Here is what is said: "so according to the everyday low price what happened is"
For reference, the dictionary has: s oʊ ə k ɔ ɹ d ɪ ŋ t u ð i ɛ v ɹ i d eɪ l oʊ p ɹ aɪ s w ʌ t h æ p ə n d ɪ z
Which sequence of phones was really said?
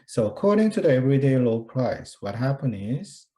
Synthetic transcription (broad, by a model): s oʊ ə k ɔ ɹ d ɪ ŋ t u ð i ɛ v ɹ i d eɪ l oʊ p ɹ aɪ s w ʌ t h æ p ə n ɪ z